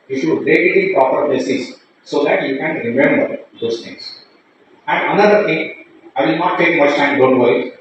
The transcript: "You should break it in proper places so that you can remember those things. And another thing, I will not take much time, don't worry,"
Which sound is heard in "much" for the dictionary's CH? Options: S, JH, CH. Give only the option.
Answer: S